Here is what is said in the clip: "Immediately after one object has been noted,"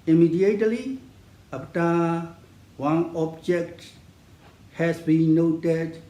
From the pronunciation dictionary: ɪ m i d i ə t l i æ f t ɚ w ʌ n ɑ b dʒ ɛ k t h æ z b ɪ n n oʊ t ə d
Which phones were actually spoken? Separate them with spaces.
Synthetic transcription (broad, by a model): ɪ m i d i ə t l i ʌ p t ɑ w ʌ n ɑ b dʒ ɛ k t h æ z b ɪ n n oʊ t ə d